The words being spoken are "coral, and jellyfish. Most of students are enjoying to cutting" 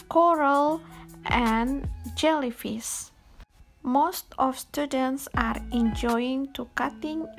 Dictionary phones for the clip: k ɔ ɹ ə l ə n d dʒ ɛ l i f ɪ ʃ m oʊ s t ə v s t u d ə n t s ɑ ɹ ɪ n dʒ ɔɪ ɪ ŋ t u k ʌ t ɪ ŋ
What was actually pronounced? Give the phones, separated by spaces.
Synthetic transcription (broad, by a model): k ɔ ɹ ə l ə n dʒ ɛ l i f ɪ s m oʊ s t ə f s t u d ə n t s ɑ ɹ ɪ n dʒ ɔɪ ɪ ŋ t u k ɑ t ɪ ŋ